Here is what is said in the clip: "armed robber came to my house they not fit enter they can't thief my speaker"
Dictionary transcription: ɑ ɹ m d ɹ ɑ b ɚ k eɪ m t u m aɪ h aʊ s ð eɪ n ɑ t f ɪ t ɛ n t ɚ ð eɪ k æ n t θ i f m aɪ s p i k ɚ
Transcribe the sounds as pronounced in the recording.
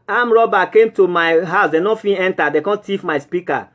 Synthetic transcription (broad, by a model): ɑ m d ɹ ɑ b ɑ k eɪ m t u m aɪ h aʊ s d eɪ n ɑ f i ɛ n t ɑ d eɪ k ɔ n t i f m aɪ s p i k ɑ